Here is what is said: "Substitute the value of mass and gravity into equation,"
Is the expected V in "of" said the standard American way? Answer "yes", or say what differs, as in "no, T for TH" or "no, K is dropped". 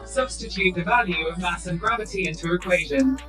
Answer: yes